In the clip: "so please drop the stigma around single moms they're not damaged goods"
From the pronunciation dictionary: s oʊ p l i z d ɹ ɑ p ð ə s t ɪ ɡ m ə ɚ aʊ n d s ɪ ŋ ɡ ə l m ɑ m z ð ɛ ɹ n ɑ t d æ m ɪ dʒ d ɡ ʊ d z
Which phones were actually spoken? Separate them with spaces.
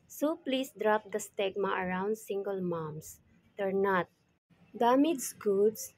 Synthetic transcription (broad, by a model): s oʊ p l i s d ɹ ɑ p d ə s t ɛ ɡ m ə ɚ aʊ n d s ɪ ŋ ɡ ə l m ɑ m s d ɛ ɹ n ɑ t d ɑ m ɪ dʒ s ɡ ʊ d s